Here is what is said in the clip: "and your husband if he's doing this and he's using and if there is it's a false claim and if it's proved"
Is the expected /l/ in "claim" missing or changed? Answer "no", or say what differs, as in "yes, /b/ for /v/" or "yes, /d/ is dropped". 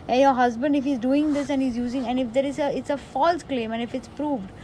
no